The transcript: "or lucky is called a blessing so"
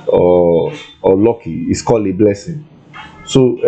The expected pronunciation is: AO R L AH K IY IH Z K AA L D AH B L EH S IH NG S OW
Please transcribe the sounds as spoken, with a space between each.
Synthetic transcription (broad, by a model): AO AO L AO K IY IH S K AA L AH B L EH S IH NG S OW